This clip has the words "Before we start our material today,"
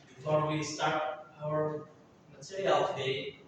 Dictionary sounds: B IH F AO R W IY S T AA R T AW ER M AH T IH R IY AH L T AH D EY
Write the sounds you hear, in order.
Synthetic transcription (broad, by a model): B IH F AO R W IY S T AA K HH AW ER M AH S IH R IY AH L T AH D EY